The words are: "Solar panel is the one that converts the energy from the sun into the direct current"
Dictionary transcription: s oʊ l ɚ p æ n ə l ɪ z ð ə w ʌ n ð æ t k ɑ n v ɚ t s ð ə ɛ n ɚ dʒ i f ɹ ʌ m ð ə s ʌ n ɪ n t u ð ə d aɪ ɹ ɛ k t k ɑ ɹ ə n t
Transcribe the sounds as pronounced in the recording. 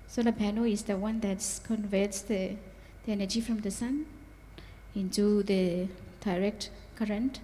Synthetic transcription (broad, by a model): s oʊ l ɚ b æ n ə ɪ z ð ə w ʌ n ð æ t k ɑ n v ɚ t s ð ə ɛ n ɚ dʒ i f ɹ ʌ m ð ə s ʌ n ɪ n t u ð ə d aɪ ɹ ɛ k t k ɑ ɹ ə n t